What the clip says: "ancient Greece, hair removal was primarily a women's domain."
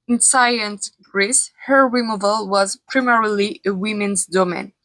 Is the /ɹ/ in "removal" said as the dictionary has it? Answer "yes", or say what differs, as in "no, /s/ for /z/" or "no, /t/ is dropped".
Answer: no, /w/ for /ɹ/